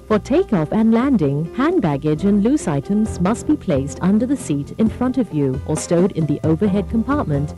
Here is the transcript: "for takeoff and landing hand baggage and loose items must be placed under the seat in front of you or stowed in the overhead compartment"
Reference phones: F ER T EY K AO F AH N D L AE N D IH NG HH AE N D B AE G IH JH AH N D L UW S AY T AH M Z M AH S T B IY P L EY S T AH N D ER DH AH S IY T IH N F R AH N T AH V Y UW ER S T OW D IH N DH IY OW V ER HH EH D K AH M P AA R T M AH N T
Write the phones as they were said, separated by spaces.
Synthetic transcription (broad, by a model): F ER T EY K AO F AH N L AE N D IH NG HH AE N B AE G IH JH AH N L UW S AY T AH M Z M AH S T B IY P L EY S T AH N D ER DH AH S IY T IH N F R AH N T AH V Y UW ER S T OW D IH N DH IY OW V ER HH EH D K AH M P AA R T M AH N T